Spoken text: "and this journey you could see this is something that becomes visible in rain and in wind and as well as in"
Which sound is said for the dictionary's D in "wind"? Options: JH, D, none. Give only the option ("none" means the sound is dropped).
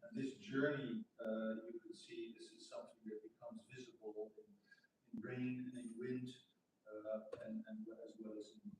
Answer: D